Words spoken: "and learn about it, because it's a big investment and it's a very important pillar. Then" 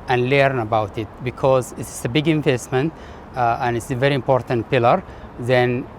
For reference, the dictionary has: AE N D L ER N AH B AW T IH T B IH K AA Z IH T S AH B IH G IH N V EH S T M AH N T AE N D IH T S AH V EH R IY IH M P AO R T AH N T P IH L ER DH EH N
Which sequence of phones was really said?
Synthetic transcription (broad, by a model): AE N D L ER N AH B AW T IH T B IH K AA Z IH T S AH B IH G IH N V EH S T M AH N T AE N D IH T S AH V EH R IY IH M P AO R T AH N T P IH L ER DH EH N